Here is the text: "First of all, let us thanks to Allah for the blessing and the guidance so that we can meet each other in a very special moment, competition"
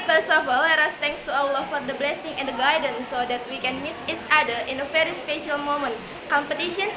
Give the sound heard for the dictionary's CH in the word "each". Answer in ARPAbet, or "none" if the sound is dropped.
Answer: S